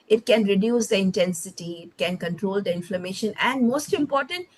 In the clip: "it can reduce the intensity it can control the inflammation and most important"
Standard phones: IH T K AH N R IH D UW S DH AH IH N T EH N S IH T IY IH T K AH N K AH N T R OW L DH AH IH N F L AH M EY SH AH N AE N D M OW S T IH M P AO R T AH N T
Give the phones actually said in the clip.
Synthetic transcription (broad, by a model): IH T K AH N R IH D UW S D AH IH N T EH N S IH T IY IH T K AH N K AH N T R OW L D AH IH N F L AH M EY SH AH N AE N D M OW S T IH M P AO R T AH N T